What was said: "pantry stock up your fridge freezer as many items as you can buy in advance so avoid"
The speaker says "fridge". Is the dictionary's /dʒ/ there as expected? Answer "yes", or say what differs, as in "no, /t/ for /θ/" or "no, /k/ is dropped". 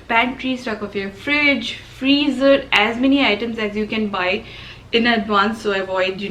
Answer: yes